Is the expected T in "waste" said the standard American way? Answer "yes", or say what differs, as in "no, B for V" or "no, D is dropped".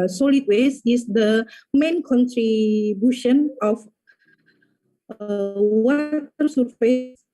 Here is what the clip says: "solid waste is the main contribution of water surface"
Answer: no, T is dropped